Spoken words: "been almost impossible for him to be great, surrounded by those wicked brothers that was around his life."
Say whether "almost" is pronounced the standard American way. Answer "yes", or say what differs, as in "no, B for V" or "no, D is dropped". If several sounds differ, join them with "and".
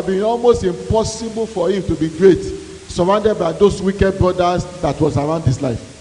yes